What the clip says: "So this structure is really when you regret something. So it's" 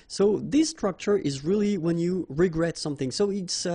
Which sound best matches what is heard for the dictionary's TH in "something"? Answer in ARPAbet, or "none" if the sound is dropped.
TH